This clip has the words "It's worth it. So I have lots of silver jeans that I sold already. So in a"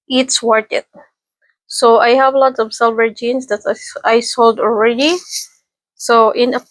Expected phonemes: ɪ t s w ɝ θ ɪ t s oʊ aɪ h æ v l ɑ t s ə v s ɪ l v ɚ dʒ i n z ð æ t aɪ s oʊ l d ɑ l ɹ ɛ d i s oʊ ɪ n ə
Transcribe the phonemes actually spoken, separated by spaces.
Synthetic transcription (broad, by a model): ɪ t s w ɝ t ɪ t s oʊ aɪ h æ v l ɑ t s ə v s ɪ l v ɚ dʒ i n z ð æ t aɪ s oʊ l d ɑ l ɹ ɛ d i s oʊ ɪ n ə